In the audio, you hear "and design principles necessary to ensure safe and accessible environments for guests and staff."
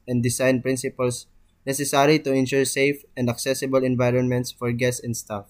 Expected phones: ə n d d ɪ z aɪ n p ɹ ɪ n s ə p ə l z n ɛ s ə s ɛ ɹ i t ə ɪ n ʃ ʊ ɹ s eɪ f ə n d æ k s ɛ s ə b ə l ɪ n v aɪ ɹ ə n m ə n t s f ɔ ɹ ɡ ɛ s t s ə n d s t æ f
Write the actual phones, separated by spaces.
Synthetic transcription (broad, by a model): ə n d d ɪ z aɪ n p ɹ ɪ n s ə p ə l s n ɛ s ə s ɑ ɹ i t ə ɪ n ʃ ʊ ɹ s eɪ f ə n d æ k s ɛ s ə b ə l ɪ n v aɪ ɹ ə n m ə n t s f ɔ ɹ ɡ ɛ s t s ə n d s t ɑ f